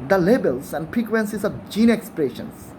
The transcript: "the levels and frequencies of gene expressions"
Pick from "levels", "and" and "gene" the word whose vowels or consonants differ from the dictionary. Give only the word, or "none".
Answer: levels